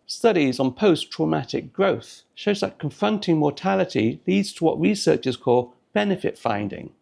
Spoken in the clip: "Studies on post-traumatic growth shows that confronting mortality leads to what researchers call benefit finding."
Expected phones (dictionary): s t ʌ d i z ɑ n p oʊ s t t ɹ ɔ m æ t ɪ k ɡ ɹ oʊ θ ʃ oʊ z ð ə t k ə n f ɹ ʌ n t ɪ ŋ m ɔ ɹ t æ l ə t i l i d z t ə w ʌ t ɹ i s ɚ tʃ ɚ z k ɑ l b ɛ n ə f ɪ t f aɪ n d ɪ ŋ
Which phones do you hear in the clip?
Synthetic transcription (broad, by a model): s t ʌ d i z n p oʊ s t t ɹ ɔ m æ t ɪ k ɡ ɹ oʊ θ ʃ oʊ z ð ə t k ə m f ɹ ʌ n t ɪ ŋ m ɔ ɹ t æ l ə t i l i d z t ə w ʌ t ɹ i s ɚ tʃ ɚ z k ɑ l b ɛ n ə f ɪ t f aɪ n d ɪ ŋ